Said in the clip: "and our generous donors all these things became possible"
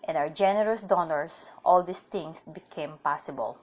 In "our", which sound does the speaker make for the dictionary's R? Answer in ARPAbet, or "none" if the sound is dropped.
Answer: W